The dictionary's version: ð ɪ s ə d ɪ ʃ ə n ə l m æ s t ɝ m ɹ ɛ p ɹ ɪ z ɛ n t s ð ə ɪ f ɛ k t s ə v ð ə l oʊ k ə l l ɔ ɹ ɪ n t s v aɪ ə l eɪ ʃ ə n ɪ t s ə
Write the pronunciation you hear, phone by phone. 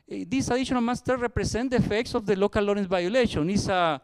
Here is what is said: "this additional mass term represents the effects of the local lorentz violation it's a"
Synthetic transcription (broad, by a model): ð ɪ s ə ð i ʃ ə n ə l m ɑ s t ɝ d ɹ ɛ p ɹ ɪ s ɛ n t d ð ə f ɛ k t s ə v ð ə l oʊ k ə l l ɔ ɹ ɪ n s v aɪ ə l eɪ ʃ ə n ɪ s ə